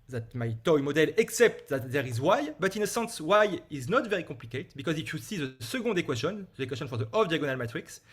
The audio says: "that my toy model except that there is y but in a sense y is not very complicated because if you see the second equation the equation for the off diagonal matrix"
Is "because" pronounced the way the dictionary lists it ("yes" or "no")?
yes